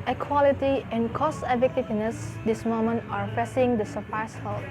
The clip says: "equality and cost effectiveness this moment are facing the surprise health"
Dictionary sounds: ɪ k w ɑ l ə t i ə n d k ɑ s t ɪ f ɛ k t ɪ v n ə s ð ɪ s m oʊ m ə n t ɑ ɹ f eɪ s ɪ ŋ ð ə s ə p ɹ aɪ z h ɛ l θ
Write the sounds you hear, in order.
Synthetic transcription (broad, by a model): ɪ k w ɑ l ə t i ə n k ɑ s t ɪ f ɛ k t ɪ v n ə s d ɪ s m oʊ m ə n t ɑ ɹ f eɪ s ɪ ŋ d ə s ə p aɪ s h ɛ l